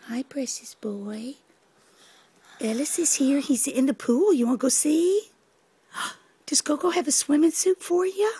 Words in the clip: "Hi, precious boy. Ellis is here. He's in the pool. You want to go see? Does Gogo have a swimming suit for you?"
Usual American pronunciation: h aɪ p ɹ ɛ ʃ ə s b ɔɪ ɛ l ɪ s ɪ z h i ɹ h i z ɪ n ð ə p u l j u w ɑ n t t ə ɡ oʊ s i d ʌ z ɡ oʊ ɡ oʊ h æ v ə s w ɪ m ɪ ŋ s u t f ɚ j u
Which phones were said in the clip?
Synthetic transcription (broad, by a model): h aɪ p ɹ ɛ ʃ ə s b ɔɪ ɛ l ɪ s ɪ z h i ɹ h i z ɪ n ð ə p u l j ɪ w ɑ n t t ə ɡ oʊ s i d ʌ s ɡ oʊ ɡ oʊ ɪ v ə s w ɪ m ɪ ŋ s u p f ɚ j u